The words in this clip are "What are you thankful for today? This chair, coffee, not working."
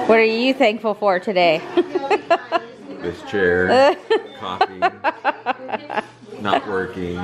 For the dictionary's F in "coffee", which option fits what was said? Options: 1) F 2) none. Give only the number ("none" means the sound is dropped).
2